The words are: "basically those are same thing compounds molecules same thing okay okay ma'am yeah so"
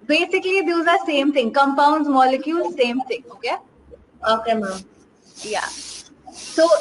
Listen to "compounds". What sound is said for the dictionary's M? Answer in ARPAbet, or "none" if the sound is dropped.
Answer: M